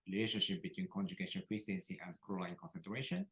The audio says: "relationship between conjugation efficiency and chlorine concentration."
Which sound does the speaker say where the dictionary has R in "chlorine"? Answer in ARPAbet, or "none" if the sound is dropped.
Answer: L